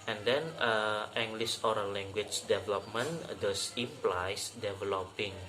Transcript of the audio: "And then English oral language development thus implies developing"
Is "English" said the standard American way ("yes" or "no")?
no